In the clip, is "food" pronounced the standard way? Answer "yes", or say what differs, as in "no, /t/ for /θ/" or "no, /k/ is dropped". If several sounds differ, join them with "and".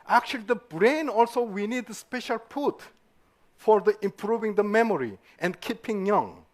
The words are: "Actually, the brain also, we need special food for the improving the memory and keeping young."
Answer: no, /p/ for /f/